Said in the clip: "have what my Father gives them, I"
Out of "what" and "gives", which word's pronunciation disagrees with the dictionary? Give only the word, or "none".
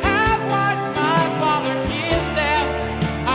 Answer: gives